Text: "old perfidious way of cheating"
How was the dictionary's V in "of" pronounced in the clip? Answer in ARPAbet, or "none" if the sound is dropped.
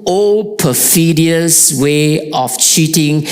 F